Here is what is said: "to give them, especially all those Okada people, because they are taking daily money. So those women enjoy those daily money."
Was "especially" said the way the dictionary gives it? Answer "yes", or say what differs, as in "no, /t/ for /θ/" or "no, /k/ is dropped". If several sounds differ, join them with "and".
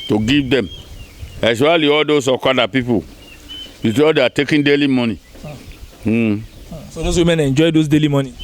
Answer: no, /ʃ/ is dropped